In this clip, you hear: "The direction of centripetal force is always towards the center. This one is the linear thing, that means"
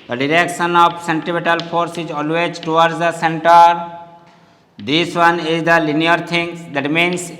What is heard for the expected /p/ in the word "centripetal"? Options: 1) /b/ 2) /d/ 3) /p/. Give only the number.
1